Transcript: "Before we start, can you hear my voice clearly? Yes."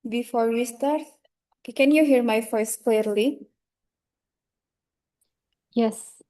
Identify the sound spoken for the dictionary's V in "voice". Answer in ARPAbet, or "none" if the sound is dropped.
F